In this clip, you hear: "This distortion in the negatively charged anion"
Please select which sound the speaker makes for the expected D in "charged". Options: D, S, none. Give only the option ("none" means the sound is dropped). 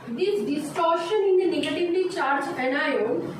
none